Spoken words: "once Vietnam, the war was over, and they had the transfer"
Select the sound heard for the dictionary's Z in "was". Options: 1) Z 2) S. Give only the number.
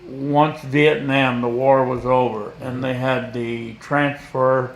1